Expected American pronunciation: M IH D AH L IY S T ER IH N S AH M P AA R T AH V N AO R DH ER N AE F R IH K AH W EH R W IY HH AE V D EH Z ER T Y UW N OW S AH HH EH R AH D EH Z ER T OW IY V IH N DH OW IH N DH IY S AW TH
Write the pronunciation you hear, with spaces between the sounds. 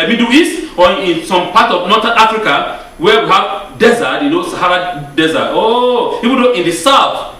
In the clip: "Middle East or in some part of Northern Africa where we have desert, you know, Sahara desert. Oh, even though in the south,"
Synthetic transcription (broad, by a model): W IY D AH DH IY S AO IH N S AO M P AA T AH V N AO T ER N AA F R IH K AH W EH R W IY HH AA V D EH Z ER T Y UW N OW S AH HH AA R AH D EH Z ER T OW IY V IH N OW IH N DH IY S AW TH